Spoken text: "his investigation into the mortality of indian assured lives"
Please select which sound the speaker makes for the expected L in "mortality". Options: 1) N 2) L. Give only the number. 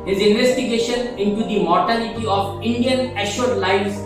2